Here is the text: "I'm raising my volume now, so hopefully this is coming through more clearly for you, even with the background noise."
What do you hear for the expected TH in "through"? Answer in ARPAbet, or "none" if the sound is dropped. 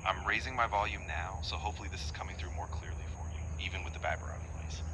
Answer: TH